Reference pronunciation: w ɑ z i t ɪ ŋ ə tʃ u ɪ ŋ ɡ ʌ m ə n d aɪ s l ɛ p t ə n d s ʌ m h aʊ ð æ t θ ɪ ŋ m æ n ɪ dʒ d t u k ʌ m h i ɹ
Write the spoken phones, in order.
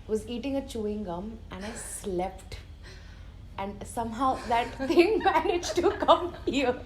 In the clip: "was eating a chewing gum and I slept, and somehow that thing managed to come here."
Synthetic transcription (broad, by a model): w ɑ z i t ɪ ŋ ə tʃ u ɪ ŋ ɡ ʌ m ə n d aɪ s l ɛ p t ə n d s ʌ m h aʊ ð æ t t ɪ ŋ m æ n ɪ dʒ t u k ʌ m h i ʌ